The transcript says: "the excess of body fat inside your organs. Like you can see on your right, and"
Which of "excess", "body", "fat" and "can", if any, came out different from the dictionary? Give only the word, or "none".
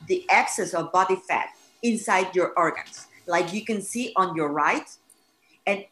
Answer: none